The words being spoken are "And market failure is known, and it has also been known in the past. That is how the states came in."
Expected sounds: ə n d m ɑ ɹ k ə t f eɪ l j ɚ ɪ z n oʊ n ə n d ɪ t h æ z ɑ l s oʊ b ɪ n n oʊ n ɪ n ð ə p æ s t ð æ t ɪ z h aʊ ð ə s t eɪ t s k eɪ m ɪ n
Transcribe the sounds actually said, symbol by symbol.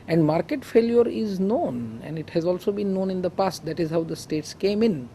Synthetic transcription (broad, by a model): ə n d m ɑ ɹ k ə t f eɪ l j ɚ ɪ z n oʊ n ə n d ɪ t h æ z ɑ l s oʊ b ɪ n n oʊ n ɪ n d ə p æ s t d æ t ɪ z h aʊ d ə s t eɪ t s k eɪ m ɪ n